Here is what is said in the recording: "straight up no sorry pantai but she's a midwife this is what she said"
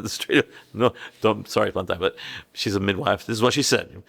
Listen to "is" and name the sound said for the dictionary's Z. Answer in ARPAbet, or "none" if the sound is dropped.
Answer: Z